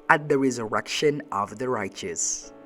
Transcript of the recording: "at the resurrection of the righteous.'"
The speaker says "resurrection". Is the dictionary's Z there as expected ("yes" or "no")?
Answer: yes